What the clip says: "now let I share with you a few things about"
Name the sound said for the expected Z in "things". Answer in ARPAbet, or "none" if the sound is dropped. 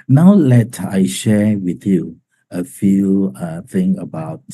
none